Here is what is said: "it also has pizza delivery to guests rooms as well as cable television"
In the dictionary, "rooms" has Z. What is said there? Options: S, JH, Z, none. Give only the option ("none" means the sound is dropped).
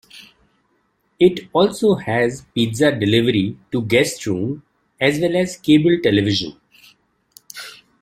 none